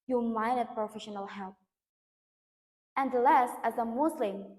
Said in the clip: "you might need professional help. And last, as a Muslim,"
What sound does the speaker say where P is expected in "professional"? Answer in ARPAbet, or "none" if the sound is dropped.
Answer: P